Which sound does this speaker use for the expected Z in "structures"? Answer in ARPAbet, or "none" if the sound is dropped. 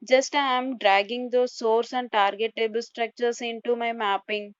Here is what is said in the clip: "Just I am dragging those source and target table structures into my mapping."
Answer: S